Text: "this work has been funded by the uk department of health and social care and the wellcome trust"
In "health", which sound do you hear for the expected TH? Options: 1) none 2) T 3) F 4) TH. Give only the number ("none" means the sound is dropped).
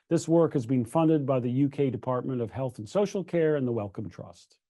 4